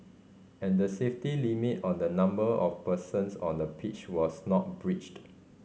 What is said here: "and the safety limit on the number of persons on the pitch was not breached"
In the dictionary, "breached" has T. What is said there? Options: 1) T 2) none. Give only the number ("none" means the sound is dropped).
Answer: 1